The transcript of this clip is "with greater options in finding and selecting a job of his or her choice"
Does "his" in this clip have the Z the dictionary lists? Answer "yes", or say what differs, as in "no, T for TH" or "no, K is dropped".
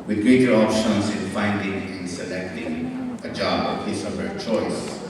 no, S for Z